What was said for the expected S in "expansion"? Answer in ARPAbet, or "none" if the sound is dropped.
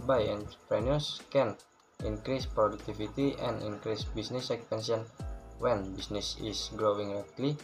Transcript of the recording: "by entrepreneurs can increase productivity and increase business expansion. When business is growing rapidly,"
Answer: none